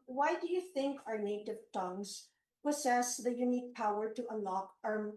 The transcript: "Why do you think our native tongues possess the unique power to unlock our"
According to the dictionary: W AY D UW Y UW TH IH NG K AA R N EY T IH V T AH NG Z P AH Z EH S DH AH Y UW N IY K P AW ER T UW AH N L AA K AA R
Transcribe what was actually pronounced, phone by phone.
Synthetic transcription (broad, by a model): W AY D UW Y UW TH IH NG K AA R N EY T IH V T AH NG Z P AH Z EH S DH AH Y UW N IY K P AW ER T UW AH N L AA K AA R